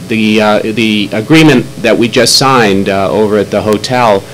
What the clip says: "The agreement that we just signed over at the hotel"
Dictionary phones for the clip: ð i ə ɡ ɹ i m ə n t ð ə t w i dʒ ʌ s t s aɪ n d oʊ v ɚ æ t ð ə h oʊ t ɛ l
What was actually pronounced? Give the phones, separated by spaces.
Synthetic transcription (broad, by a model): ð i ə ɡ ɹ i m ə n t ð ə t w i dʒ ʌ s t s aɪ n d oʊ v ɚ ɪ t ð ə h oʊ t ɛ l